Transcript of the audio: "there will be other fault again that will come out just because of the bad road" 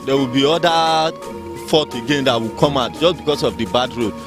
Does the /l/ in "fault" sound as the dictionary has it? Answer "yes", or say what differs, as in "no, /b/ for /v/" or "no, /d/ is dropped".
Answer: no, /l/ is dropped